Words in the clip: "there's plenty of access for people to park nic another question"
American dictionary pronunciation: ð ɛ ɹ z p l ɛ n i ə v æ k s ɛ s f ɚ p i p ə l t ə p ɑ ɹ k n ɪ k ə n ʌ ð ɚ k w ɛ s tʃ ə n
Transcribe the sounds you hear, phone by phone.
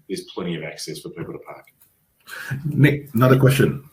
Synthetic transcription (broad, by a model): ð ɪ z p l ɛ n i ə v æ k s ɛ s f ɚ p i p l t ə p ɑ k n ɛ ə n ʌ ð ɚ k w ɛ s tʃ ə n